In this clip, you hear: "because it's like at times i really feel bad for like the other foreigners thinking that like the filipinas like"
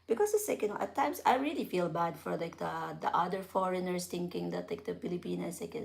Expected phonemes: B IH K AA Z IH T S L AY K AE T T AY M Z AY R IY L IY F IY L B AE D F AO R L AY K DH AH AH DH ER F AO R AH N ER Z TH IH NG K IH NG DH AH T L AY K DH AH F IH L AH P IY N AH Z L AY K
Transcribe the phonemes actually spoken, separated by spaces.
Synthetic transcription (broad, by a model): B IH K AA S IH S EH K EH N T AY M S AY R IY L IY F IY L B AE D F AO R L AY K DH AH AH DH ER F AO R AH N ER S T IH NG K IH NG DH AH T L AY K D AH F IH L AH P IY N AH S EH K